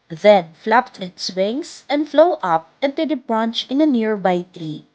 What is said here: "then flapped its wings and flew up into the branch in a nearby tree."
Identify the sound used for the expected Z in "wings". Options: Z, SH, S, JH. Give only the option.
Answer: S